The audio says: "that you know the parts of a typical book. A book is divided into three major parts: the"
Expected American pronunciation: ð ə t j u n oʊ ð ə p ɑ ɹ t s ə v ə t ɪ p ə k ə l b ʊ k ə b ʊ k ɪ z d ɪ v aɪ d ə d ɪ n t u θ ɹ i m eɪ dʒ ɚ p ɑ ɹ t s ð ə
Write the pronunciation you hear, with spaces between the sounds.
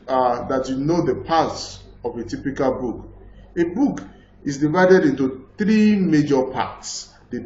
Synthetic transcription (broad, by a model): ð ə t j u n oʊ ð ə p ɑ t s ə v ə t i p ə k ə l b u k ə b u k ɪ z d ɪ v aɪ d ə d ɪ n t u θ ɹ i m eɪ dʒ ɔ p ɑ t s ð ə